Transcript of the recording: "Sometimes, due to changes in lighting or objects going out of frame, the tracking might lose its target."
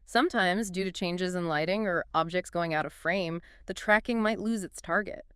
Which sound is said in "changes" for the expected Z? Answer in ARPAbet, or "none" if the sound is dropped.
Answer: Z